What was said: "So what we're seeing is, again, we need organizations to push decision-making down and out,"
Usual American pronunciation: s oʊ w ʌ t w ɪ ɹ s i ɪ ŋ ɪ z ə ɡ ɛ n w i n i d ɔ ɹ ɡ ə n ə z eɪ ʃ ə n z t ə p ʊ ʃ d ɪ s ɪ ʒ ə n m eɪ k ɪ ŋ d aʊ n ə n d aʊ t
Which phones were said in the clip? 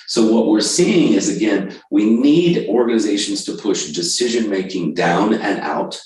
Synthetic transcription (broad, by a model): s oʊ w ʌ t w ɪ ɹ s i ɪ ŋ ɪ z ə ɡ ɛ n w i n i d ɔ ɹ ɡ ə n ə z eɪ ʃ n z t ə p ʊ ʃ d ɪ s ɪ ʒ ə n m eɪ k ɪ ŋ d aʊ n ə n aʊ t